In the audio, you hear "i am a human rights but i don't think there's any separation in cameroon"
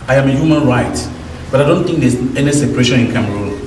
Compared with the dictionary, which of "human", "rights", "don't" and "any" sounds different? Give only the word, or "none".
rights